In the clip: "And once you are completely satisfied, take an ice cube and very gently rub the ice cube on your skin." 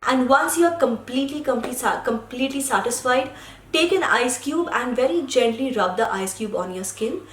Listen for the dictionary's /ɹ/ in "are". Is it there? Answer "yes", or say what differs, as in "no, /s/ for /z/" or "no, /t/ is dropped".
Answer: no, /l/ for /ɹ/